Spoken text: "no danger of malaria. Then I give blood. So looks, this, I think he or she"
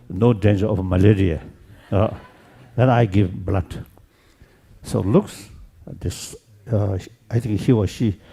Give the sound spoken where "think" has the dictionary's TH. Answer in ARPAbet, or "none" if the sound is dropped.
T